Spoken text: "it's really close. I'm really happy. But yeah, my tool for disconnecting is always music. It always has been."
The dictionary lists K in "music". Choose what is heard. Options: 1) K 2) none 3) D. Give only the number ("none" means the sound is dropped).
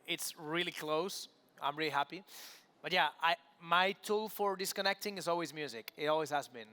1